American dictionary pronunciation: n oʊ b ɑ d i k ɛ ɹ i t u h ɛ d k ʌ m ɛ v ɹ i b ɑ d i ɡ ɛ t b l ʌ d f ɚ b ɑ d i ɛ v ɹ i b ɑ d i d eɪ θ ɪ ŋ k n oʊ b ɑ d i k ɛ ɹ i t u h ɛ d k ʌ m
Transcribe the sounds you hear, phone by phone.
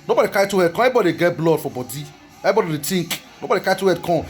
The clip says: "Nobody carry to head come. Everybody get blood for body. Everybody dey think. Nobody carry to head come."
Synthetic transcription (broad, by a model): n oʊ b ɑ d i k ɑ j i t u h ɛ d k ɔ ɛ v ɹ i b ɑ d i ɡ ɛ t b l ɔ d f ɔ b ɑ d i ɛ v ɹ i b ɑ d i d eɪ t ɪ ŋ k n oʊ b ɑ d i k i t u h ɛ d k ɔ